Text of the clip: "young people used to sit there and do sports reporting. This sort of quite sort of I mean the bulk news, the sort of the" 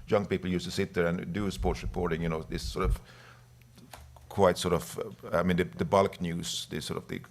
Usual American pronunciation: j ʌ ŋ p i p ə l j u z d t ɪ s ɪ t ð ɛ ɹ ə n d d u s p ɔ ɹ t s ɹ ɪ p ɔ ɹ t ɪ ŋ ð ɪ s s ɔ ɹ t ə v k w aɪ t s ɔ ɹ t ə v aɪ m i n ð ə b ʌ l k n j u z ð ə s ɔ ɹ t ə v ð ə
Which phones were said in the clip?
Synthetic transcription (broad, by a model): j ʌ ŋ p i p l j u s t ɪ s ɪ t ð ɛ ɹ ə n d d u s p ɔ ɹ t s ɹ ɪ p ɔ ɹ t ɪ ŋ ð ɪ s s ɔ ɹ t ə v k w aɪ t s ɔ ɹ t ə v aɪ m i n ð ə b ʌ l k n j u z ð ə s ɔ ɹ t ə v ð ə